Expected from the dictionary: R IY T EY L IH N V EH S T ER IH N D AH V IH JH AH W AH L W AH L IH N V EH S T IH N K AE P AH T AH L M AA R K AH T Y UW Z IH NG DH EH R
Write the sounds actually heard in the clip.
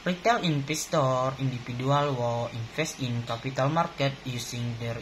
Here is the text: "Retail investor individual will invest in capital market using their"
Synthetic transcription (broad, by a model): R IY T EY L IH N P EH S T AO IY N D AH F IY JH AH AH L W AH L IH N F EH S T IH N K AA P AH T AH L M AA R K AH T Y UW S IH NG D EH R